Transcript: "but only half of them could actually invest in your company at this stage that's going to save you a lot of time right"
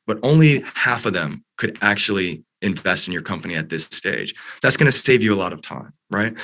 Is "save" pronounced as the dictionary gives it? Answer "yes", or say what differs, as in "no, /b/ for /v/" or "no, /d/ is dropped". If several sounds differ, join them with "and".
yes